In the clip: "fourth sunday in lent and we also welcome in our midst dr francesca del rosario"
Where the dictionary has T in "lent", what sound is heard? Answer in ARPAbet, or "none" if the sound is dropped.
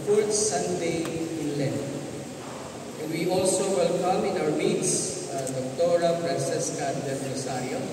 none